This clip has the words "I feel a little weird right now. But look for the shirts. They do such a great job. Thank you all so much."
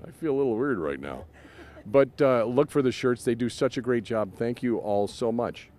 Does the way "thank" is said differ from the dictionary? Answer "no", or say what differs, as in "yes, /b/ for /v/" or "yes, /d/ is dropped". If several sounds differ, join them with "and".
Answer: no